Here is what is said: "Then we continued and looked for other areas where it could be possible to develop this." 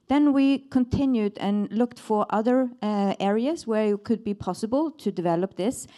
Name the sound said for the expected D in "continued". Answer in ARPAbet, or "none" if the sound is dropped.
D